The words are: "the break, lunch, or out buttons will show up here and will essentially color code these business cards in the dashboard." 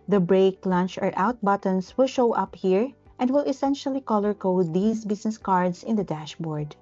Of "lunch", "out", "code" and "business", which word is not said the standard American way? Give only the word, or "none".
business